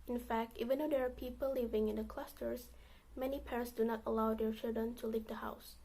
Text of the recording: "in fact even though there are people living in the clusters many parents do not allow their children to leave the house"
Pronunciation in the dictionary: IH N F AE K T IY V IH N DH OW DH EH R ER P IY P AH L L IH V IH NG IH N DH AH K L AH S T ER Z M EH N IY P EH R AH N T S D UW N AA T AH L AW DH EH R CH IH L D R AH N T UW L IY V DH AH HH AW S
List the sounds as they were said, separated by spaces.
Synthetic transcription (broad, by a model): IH N F AE K T IY V IH N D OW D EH R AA P IY P AH L L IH V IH NG IH N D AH K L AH S T ER S M EH N IY P EH R AH N T S D UW N AA T AH L AW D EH R CH IH L D R AH N T UW L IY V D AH HH AW S